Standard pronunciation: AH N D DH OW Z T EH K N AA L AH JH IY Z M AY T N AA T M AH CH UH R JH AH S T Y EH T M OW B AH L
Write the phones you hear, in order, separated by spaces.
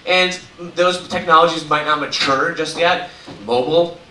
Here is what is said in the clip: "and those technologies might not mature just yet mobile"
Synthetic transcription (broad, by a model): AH N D DH OW Z T EH K N AA L AH JH IY Z M AY T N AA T M AH CH UH R JH AH S T Y EH T M OW B L